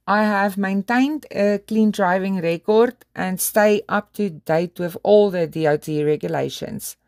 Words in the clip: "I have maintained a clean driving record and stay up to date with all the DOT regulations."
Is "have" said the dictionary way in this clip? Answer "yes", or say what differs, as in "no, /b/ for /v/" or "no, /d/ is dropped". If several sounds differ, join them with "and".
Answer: yes